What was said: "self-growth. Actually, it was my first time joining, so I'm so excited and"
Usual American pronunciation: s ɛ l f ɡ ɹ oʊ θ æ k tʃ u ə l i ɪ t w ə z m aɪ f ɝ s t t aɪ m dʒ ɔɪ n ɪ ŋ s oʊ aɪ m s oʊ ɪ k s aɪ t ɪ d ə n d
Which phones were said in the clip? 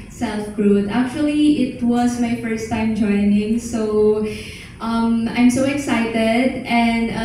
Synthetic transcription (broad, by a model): s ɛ l f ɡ ɹ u t æ k tʃ u ə l i ɪ t w ə z m aɪ f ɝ s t t aɪ m dʒ ɔɪ n ɪ ŋ s oʊ aɪ m s oʊ ɪ k s aɪ t ɪ d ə n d